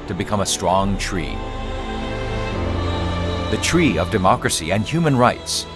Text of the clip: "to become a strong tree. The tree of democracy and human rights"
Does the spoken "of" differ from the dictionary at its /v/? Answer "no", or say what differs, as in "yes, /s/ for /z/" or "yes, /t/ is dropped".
no